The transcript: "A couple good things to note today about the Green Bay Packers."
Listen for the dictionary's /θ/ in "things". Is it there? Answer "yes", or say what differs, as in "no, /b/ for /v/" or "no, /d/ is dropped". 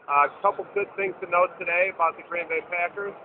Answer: yes